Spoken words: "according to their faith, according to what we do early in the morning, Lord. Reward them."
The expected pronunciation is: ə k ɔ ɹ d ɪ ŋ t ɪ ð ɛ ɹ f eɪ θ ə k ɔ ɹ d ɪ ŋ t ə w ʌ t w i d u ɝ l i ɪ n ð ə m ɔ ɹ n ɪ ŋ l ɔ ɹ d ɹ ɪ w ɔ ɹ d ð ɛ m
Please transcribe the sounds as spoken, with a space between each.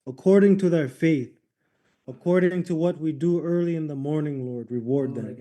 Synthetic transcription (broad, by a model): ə k ɔ ɹ d ɪ ŋ t ɪ ð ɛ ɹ f eɪ θ ə k ɔ ɹ d ɪ ŋ t ə w ʌ t w i d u ɝ l i ɪ n ð ə m ɔ ɹ n ɪ ŋ l ɔ ɹ d ɹ ɪ w ɔ ɹ d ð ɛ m